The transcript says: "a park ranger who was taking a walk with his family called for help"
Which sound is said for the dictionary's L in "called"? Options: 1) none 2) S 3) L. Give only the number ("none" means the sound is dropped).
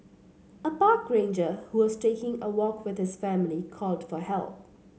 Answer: 3